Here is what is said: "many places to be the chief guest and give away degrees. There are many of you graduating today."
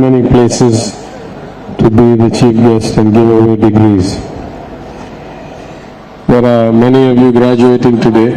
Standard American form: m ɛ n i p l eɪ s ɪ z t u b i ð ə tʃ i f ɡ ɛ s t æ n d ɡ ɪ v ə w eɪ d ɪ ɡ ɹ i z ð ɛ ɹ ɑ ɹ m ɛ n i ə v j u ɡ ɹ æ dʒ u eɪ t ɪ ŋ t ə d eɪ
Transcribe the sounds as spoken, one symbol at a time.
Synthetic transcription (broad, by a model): m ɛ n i p l eɪ s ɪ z t u b i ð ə tʃ i f ɡ ɛ s t æ n d ɡ ɪ v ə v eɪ d ɪ ɡ ɹ i z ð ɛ ɹ ɑ ɹ m ɛ n i ə v j u ɡ ɹ æ dʒ u eɪ t ɪ ŋ t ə d eɪ